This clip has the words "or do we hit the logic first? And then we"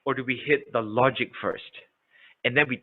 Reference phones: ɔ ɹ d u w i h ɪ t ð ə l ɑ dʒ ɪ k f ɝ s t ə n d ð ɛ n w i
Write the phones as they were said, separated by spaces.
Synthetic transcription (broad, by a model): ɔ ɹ d u w i h ɪ t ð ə l ɑ dʒ ɪ k f ɝ s t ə n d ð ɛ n w i